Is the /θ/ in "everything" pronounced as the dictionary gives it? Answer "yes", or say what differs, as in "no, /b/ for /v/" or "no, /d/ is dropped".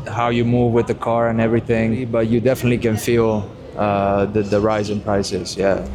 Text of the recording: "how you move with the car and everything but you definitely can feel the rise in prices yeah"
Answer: yes